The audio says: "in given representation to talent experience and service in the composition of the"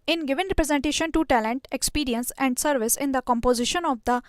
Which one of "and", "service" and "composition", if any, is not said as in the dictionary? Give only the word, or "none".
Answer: none